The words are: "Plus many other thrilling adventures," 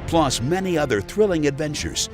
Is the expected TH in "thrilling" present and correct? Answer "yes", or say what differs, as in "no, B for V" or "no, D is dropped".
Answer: yes